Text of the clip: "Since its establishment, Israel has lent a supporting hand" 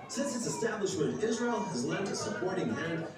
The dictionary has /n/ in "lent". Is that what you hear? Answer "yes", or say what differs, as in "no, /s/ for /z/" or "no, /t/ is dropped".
no, /n/ is dropped